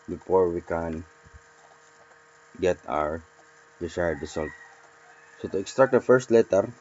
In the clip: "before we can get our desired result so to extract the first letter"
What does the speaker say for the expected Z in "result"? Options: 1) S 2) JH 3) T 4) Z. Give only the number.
1